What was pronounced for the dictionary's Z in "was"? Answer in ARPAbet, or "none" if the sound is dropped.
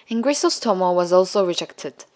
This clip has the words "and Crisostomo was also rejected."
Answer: Z